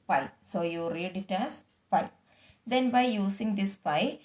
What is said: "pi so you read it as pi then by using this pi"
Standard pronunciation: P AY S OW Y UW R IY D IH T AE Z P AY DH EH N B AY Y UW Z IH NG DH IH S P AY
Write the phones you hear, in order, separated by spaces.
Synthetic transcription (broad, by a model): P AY S OW Y UW R IY D IH T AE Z P AY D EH N B AY Y UW S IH NG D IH S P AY